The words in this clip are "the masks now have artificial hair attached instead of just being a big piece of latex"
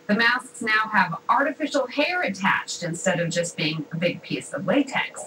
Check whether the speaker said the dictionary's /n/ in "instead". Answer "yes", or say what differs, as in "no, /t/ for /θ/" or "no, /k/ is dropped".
yes